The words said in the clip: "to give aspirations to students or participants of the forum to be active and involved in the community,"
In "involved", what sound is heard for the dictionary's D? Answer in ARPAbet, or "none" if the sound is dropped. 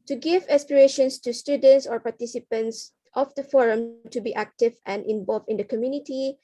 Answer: none